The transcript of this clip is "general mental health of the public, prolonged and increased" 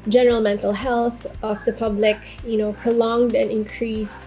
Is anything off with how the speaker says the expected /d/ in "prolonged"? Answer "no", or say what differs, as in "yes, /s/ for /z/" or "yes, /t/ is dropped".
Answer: no